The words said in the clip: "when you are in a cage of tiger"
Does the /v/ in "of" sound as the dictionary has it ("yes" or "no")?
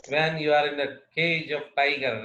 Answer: no